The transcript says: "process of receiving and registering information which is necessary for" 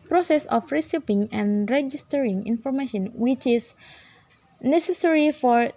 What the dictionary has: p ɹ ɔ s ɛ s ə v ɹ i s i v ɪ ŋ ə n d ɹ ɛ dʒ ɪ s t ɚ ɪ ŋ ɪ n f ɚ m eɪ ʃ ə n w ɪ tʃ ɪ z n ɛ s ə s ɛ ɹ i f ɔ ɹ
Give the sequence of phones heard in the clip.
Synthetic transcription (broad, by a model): p ɹ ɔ s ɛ s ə f ɹ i s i p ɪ ŋ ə n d ɹ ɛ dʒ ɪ s t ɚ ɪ ŋ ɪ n f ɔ m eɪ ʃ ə n w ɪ tʃ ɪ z n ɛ s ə s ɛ ɹ i f ɔ ɹ